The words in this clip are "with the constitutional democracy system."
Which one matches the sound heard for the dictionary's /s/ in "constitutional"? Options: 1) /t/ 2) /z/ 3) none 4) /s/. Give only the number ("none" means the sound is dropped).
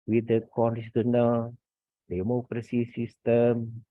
3